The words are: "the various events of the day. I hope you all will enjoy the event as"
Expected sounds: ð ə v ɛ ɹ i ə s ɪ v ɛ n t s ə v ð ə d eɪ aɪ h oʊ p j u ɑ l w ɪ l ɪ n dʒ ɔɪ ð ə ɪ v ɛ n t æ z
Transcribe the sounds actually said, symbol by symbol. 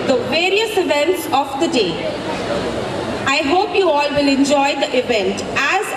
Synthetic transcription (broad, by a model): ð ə v ɛ ɹ i ə s ɪ v ɛ n t s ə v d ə d eɪ aɪ h oʊ p j u ɑ l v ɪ l ɪ n dʒ ɔɪ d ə ɪ v ɛ n t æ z